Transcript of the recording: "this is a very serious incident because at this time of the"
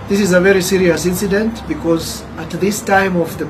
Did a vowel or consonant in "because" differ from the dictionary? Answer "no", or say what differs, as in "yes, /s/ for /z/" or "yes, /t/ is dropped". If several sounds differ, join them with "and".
no